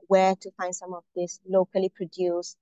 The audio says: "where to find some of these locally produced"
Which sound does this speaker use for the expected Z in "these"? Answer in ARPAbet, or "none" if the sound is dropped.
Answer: S